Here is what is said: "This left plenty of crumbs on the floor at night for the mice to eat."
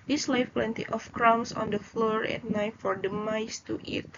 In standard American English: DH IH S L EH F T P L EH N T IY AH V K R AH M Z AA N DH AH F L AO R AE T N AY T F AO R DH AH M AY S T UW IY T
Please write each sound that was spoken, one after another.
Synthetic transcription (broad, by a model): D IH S L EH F P L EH N T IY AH F K R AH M S AA N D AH F L AO R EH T N AY T F AO R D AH M AY S T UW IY T